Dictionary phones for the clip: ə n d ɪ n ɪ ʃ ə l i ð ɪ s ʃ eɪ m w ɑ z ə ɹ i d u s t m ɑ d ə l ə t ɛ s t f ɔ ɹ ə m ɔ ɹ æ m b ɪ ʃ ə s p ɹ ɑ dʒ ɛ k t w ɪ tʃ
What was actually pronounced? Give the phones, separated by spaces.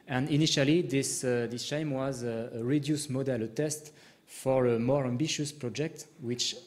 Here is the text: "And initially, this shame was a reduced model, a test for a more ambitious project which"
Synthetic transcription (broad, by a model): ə n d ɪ n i ʃ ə l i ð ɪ s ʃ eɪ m w ɑ z ə ɹ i d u s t m ɑ d ə l ə t ɛ s t f ɔ ɹ ə m ɔ ɹ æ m b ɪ ʃ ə s p ɹ ɑ dʒ ɛ k t w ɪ tʃ